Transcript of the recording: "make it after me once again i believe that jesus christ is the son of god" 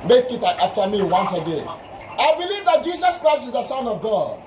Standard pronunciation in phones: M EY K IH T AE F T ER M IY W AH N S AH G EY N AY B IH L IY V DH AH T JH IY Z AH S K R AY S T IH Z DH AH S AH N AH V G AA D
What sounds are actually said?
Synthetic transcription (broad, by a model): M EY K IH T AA F T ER M IY W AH N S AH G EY AY B IH L IY V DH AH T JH IY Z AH S K R AY S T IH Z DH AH S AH N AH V G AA D